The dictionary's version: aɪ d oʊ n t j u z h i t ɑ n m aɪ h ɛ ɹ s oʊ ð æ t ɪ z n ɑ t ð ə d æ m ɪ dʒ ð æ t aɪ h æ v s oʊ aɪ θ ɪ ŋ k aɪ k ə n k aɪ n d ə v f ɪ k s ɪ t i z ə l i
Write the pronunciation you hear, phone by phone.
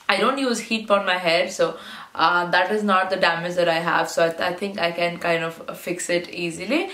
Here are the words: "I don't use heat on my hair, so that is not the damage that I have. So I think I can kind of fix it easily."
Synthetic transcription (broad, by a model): aɪ d oʊ n t j u z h i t ɑ n m aɪ h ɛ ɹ s oʊ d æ t ɪ z n ɑ t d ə d æ m ɪ dʒ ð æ t aɪ h æ v s oʊ aɪ t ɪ ŋ k aɪ k ə n k aɪ n d ə v f ɪ k s ɪ t i z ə l i